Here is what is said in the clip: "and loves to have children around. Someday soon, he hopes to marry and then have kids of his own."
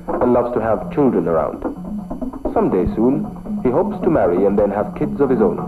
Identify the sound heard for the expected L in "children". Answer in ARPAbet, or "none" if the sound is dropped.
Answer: L